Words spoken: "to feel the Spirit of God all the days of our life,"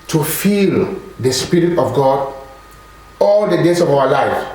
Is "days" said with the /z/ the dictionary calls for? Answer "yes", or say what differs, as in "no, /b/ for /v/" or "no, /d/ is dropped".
no, /s/ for /z/